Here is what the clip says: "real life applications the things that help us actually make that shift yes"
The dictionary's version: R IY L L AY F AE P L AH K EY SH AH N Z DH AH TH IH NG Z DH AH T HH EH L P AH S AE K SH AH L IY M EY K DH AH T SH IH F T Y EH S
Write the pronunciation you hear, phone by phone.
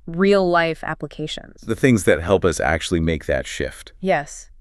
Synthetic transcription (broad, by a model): R IY L L AY F AE P L AH K EY SH AH N Z DH AH TH IH NG Z DH AH T HH EH L P AH S AE K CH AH L IY M EY K DH AH T SH IH F T Y EH S